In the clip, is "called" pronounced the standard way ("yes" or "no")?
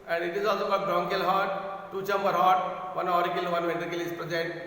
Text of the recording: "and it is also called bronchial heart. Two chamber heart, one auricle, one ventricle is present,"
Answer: no